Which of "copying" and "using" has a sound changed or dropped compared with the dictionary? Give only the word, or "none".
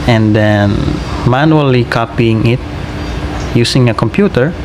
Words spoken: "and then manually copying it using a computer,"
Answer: using